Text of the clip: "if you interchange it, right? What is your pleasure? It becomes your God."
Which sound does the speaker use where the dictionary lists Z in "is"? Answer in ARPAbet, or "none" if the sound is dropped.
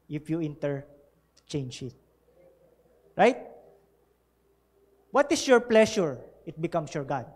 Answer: S